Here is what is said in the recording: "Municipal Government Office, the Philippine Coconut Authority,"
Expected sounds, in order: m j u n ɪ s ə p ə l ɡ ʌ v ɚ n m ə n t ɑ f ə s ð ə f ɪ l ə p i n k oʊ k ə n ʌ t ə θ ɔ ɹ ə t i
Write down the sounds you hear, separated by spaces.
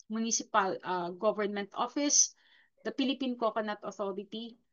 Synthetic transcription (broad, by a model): m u n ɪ s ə p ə l ɡ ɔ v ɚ n m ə n t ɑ f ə s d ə p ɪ l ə p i n k oʊ k ə n ʌ t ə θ ɔ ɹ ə t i